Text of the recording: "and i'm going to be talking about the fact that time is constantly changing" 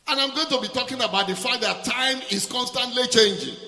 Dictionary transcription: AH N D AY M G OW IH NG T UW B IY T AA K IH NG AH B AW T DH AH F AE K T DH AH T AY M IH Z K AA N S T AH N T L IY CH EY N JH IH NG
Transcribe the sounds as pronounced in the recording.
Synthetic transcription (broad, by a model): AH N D AY M G OW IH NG T UW B IY T AA K IH NG AH B AW T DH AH F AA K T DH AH T AY M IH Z K AA N S T AH N T L IY CH EY N JH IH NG